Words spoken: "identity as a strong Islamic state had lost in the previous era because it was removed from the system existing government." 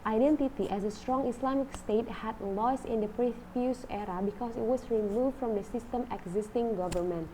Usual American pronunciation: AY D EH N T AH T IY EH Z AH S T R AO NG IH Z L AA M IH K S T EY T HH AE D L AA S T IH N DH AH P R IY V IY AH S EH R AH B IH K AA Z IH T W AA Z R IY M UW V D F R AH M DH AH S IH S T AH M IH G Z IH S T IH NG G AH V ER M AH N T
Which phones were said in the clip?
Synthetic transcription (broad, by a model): AY D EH N T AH T IY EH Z AH S T R AO NG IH S L AA M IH K S T EY T HH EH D L AA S IH N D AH P R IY F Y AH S EH R AH B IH K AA S IH T W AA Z R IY M UW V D F R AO M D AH S IH S T AH M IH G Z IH S T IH NG G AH V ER M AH N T